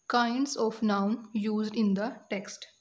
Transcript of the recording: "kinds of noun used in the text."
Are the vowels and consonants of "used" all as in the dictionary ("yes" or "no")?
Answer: yes